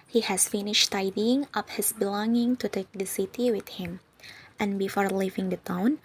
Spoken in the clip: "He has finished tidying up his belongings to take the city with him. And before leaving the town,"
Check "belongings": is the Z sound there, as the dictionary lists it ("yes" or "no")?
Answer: no